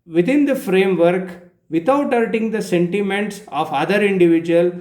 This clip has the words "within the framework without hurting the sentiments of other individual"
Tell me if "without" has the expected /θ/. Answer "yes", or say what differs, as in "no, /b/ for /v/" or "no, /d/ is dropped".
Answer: no, /t/ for /θ/